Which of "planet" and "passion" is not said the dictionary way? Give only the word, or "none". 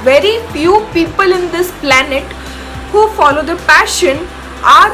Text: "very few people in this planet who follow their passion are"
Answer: none